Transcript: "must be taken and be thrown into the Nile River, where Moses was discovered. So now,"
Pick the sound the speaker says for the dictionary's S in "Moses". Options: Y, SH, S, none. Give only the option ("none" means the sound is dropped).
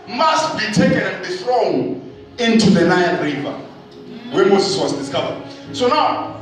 S